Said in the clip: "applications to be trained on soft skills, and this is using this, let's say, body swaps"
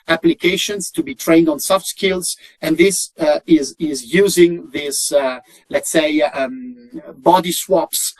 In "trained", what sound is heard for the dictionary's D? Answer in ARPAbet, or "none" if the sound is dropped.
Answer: D